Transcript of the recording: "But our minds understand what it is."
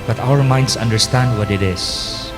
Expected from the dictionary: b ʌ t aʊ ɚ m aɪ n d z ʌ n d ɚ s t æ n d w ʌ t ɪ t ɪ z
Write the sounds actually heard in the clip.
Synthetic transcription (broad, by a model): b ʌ t aʊ ɚ m aɪ n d s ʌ n d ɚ s t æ n d w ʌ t ɪ t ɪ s